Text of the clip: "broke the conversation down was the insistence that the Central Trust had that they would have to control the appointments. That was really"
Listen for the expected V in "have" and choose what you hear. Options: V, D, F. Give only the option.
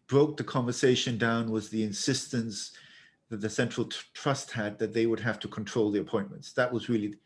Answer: F